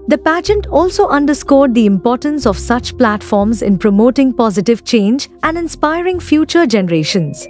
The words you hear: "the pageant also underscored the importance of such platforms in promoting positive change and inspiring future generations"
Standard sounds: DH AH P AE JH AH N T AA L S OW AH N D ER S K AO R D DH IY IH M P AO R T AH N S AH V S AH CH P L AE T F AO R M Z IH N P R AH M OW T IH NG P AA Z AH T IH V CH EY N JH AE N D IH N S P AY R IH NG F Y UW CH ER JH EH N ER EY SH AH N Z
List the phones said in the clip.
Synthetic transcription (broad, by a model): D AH P AE JH AH N T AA L S OW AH N D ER S K AO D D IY IH M P AO R T AH N S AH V S AH CH P L AE T F AO R M Z IH N P R AH M OW T IH NG P AA Z AH T IH V CH EY N JH AE N D IH N S P AY R IH NG F Y UW CH ER JH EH N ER EY SH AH N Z